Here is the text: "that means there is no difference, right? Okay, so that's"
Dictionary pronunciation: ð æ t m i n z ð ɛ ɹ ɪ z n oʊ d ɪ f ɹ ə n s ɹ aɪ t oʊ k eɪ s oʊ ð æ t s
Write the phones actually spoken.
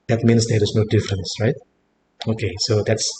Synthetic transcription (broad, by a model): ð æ t m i n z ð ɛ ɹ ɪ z n oʊ d ɪ f ɹ ə n s ɹ aɪ t oʊ k eɪ s oʊ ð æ t s